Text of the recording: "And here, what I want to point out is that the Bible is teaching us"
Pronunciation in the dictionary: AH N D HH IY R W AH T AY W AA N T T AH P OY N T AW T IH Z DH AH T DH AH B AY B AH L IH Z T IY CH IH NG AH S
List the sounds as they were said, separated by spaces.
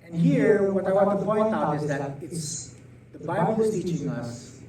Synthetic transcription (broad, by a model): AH N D HH IY R W AH T AY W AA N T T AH P OY N T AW IH Z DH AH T DH AH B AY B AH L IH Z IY IH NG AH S